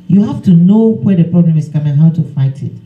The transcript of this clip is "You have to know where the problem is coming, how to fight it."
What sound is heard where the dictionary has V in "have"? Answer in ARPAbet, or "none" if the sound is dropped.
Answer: F